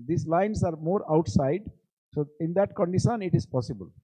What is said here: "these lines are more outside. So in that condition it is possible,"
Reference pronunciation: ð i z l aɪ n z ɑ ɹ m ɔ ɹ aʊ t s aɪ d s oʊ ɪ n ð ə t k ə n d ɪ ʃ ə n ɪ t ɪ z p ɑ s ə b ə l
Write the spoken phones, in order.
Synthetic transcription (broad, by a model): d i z l aɪ n s ɑ ɹ m ɔ ɹ aʊ t s aɪ d s oʊ ɪ n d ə t k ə n d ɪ ʃ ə n ɪ t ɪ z p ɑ s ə b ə l